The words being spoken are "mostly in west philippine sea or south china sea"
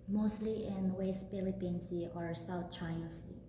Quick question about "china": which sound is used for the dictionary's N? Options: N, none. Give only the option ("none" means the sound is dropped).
none